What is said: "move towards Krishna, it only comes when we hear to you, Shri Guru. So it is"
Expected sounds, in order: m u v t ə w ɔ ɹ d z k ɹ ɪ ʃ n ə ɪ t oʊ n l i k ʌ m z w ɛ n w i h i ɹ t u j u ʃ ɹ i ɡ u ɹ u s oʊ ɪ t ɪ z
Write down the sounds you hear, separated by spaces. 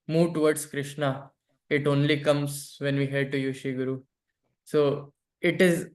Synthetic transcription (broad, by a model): m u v t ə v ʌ ɹ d s k ɹ ɪ ʃ n ə ɪ t oʊ n l i k ʌ m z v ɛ n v i h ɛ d t u j u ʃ i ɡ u ɹ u s oʊ ɪ t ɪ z